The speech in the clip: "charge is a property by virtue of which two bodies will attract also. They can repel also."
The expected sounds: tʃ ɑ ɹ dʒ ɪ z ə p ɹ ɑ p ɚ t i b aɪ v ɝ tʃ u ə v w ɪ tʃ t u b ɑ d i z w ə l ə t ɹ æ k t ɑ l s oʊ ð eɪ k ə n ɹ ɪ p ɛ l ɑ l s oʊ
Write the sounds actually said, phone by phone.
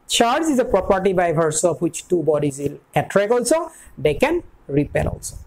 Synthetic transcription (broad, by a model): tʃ ɑ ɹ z ɪ z ə p ɹ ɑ p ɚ t i b aɪ b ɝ s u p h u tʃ t u b ɑ d i z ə l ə t ɹ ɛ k ɑ l s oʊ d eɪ k ə n ɹ ɪ p ɛ l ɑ l s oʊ